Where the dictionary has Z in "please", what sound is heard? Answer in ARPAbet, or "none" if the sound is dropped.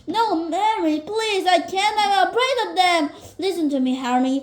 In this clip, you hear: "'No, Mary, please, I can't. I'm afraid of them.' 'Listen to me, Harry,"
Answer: Z